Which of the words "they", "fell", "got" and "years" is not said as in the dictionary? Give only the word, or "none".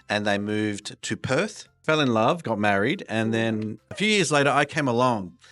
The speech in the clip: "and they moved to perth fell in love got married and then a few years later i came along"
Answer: none